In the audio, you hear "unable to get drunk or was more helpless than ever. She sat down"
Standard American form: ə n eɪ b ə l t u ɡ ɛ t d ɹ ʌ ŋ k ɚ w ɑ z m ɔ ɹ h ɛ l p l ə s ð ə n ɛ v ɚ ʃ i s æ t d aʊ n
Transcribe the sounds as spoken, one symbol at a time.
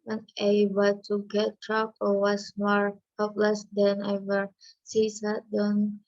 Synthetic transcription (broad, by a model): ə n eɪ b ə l t u ɡ ɛ t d ɹ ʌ k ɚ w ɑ s m ɔ ɹ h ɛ p l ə s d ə n ɛ v ɚ s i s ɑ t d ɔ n